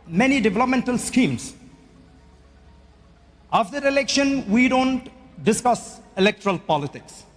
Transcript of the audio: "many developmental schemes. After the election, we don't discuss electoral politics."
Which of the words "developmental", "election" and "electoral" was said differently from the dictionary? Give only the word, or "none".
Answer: none